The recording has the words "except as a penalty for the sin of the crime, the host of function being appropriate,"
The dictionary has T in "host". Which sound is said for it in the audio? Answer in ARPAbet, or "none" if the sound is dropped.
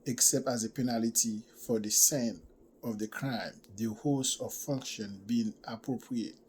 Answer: none